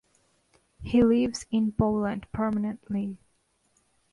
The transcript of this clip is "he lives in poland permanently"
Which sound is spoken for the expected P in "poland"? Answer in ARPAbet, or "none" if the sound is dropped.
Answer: B